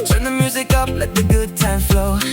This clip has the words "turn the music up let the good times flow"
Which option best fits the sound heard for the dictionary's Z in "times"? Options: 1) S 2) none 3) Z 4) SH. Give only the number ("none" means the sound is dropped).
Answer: 2